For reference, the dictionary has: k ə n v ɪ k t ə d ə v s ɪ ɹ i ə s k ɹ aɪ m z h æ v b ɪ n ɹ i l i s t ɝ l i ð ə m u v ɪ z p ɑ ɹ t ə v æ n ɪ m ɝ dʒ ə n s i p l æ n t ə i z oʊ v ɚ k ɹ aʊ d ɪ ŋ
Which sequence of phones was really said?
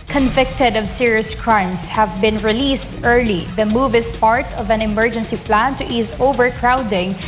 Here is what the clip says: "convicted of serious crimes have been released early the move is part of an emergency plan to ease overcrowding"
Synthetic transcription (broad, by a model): k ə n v ɪ k t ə d ə v s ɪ ɹ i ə s k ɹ aɪ m s h æ v b ɪ n ɹ i l i s t ɝ l i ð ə m u v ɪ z p ɑ ɹ t ə v æ n ɪ m ɝ dʒ ə n s i p l æ n t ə i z oʊ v ɚ k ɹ aʊ d ɪ ŋ